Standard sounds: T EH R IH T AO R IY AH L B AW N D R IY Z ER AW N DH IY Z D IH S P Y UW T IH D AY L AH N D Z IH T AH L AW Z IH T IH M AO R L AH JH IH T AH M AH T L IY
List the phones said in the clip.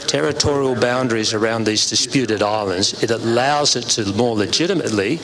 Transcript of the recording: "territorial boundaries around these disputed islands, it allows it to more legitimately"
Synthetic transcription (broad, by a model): T EH R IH T AO R IY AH L B AW N D R IY Z ER AW N DH IY Z D IH S P Y UW T IH D AY L AH N D Z IH T AH L AW Z IH T IH M AO R L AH JH IH T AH M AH T L IY